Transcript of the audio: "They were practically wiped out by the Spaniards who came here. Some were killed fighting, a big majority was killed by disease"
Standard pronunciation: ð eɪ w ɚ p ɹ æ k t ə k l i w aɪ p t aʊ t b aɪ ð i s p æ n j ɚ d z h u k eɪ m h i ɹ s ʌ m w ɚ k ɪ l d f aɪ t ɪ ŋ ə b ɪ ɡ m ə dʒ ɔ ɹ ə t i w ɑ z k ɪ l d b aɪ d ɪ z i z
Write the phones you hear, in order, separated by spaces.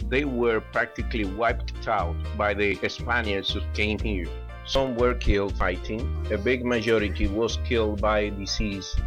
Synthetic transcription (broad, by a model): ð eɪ w ɚ p ɹ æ k t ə k l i w aɪ p t aʊ t b aɪ ð i s p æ n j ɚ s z h u k eɪ m h i ɹ s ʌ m w ɚ k ɪ l d f aɪ t ɪ ŋ ə b ɪ ɡ m ə dʒ ɔ ɹ ə t i w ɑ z k ɪ l d b aɪ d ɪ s i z